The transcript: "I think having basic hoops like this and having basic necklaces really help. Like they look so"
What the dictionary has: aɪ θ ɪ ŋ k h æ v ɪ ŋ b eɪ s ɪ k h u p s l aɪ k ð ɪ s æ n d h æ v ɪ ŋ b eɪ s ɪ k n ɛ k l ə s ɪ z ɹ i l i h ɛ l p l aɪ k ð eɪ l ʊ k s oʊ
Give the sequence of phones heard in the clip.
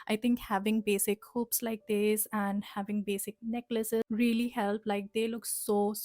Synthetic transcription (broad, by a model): aɪ t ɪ ŋ k h æ v ɪ ŋ b eɪ s ɪ k h u p s l aɪ k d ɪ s æ n d h æ v ɪ ŋ b eɪ s ɪ k n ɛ k l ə s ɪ ɹ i l i h ɛ l p l aɪ k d eɪ l ʊ k s oʊ